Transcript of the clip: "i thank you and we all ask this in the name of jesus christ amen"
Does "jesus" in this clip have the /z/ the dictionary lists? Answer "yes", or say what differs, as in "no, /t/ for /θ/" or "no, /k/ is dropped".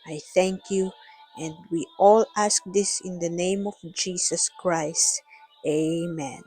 no, /s/ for /z/